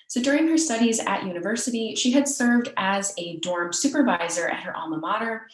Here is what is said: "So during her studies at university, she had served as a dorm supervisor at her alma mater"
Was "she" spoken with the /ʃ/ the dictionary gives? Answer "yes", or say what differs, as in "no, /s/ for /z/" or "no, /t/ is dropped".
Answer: yes